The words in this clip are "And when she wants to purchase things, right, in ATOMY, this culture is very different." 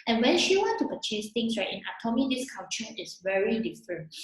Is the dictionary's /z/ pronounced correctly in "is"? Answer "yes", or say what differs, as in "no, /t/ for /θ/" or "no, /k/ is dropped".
no, /s/ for /z/